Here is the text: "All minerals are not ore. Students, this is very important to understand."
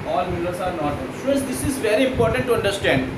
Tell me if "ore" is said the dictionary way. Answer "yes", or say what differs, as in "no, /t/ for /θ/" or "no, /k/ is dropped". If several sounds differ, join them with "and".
no, /l/ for /ɹ/